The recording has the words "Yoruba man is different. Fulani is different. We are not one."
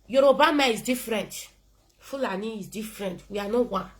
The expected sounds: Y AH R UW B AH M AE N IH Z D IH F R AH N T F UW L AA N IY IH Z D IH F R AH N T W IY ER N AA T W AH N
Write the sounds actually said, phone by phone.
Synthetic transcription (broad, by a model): Y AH R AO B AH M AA IH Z D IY F R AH N T F UW L AA N IY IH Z D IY F R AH N T W IY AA N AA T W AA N